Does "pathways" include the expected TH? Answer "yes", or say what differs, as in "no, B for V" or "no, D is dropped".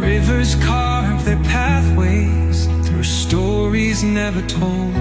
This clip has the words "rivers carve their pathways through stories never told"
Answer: yes